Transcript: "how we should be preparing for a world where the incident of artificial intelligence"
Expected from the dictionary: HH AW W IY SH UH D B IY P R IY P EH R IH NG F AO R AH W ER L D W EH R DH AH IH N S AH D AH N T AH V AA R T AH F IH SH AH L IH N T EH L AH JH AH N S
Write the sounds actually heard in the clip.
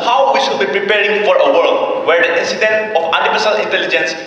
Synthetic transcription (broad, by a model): HH AW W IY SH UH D B IY P R IY P EH R IH NG F AO R AH W ER L D W EH R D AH IH N S AH D AH N T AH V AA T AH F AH S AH L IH N T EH L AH JH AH N S